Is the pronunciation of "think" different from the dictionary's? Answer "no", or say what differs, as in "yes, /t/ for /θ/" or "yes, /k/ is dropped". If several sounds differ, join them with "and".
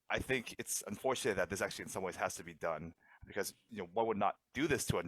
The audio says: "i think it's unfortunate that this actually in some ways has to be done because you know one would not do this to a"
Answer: no